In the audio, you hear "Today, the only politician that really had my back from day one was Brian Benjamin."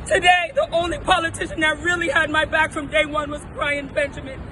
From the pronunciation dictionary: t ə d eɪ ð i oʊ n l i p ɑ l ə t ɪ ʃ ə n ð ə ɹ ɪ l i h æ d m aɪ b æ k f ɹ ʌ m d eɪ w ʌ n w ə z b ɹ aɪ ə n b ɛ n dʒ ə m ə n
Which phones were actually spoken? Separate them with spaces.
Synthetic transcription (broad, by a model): t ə d eɪ ð i oʊ n l i p ɑ l ə t ɪ ʃ ə n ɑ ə ɹ ɪ l i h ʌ d m aɪ b æ k f ɹ ʌ m d eɪ w ʌ n w ə z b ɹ aɪ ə n b ɛ n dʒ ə m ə n